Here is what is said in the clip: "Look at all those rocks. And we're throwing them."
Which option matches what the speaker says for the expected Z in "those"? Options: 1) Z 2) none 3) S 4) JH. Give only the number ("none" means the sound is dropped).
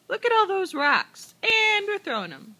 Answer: 1